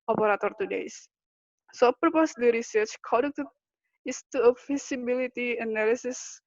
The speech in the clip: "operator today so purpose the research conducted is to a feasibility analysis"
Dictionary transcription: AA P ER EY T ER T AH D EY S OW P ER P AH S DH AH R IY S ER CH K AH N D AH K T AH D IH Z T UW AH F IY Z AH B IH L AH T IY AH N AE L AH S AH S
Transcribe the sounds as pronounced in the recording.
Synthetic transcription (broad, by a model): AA P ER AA T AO T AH D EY S OW P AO P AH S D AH R IY S ER CH K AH D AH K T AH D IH S T UW AH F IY S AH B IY L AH T IY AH N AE L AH S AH S